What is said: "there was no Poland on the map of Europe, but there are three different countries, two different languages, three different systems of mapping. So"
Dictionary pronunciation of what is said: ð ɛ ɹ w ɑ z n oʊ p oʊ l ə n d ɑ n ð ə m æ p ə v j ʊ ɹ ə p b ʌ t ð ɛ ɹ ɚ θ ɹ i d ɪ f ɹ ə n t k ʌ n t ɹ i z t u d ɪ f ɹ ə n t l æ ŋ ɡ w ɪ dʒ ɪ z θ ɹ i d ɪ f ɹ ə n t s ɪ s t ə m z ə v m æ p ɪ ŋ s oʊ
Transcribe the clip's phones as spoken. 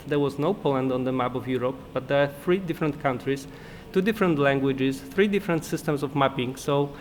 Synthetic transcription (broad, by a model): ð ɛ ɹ w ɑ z n oʊ p oʊ l ə n d ɑ n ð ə m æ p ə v j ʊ ɹ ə p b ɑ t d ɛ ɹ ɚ θ ɹ i d ɪ f ɹ ə n t k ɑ n t ɹ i s t u d ɪ f ɹ ə n t l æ ŋ ɡ w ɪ dʒ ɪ s θ ɹ i d ɪ f ɹ ə n t s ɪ s t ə m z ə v m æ p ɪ ŋ s oʊ